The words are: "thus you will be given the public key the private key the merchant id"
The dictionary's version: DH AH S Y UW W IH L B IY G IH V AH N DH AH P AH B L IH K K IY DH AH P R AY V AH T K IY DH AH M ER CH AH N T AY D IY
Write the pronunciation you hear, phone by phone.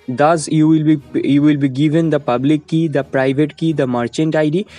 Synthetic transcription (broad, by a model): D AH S Y UW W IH L B IY G IH V AH N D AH P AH B L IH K K IY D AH P R AY V AH T K IY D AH M ER CH AH N T AY D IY